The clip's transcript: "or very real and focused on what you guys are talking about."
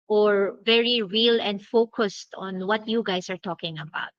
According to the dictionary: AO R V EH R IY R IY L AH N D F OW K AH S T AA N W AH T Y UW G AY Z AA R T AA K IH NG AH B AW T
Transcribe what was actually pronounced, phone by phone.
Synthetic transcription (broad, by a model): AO R V EH R IY R IY L AH N D F OW K AH S T AA N W AH T Y UW G AY S AA R T AA K IH NG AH B AW T